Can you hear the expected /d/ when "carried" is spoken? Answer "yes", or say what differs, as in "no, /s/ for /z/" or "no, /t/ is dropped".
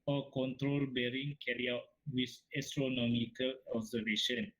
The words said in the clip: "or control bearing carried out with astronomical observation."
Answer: no, /d/ is dropped